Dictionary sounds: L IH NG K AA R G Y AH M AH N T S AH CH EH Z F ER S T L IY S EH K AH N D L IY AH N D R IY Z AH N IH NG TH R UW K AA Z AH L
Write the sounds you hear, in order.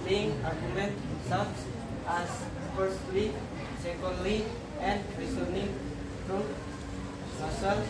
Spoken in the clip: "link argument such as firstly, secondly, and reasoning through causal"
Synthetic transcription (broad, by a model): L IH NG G AA R G Y AH M AH N T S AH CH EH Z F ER S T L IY S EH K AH N D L IY AH N D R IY S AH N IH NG F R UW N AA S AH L